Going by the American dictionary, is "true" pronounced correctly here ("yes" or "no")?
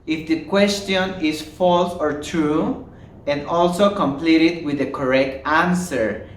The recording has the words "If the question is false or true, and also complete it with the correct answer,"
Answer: yes